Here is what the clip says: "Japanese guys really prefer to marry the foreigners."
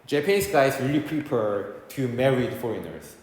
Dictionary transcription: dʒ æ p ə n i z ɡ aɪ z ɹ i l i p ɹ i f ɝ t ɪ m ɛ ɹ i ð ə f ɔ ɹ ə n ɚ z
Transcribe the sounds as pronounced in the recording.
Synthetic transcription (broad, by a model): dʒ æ p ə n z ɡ aɪ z ɹ i l i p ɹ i p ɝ t ɪ m ɛ ɹ i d f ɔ ɹ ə n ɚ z